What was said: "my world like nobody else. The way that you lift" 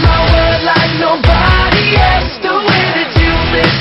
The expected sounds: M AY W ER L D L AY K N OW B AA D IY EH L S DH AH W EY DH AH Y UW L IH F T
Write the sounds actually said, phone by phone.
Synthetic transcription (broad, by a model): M AY W ER D L AY K N OW B AA D IY EH L S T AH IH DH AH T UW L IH